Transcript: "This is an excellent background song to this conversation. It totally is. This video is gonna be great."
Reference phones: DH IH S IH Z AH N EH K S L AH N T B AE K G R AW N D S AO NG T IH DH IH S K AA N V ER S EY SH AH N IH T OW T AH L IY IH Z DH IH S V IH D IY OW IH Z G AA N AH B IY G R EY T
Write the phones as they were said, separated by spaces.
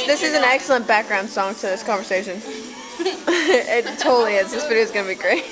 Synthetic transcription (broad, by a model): DH IH S IH Z N EH K S L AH N B AE K G R AW N D S AO NG T IH DH IH S K AA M V ER S EY SH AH N IH T OW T L IY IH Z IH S F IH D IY IH Z G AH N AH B IY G R EY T